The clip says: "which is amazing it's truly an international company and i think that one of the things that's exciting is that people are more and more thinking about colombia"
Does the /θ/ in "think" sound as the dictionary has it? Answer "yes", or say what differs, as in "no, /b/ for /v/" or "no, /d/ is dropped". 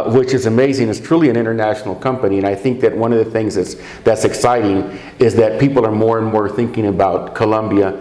yes